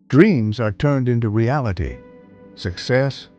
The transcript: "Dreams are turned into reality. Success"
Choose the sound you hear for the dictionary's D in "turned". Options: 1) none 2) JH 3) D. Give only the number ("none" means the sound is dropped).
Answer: 3